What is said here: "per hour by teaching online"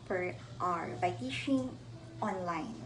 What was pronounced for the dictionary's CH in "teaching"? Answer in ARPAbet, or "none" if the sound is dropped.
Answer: SH